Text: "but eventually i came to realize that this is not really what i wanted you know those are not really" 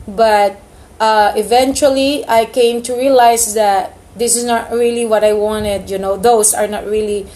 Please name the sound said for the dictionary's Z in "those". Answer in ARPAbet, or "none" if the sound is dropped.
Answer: S